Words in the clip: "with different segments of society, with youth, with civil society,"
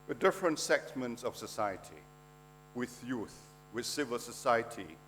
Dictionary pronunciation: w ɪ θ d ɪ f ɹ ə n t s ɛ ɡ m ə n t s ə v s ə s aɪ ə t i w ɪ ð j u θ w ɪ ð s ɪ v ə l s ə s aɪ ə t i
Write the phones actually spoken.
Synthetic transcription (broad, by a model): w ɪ d ɪ f ɹ ə n t s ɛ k m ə n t s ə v s ə s aɪ ə t i w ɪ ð j u θ w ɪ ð s ɪ v ə l s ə s aɪ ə t i